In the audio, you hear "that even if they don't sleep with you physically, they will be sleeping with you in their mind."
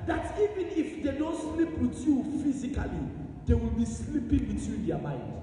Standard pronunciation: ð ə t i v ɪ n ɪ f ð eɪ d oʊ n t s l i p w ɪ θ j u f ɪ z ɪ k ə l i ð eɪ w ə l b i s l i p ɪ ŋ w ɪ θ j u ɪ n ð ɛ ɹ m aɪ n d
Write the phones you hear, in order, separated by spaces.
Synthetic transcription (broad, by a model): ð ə t i v ɪ n ɪ f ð eɪ d oʊ n t s l i p w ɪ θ j u f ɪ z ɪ k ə l i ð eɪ w ə l b i s l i p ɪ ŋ w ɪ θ j u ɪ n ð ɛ m aɪ n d